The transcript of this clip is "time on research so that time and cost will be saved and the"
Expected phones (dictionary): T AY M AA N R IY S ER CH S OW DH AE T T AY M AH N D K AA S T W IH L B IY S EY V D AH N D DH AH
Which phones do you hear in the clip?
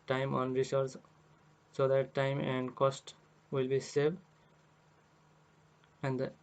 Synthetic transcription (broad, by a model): T AY M AA N R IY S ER S S OW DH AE T T AY M AH N D K AA S T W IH L B IY S EY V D AH N D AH